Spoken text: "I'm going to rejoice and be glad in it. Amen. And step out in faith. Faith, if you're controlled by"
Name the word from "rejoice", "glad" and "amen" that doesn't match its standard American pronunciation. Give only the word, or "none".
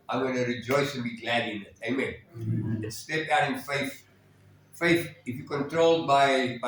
none